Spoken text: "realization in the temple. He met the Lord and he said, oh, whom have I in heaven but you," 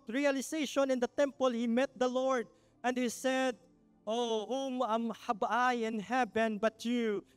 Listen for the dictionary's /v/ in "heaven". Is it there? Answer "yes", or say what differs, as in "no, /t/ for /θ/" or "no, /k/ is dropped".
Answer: no, /b/ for /v/